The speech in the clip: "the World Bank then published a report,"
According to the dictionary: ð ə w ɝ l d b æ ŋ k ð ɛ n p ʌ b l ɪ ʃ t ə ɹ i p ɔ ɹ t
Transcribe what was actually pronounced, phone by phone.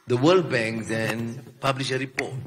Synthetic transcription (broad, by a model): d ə w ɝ l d b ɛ ŋ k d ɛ n p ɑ b l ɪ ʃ ə ɹ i p ɔ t